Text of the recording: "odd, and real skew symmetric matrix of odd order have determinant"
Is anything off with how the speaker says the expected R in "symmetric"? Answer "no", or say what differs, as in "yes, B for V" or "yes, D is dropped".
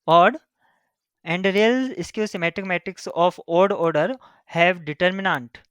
yes, R is dropped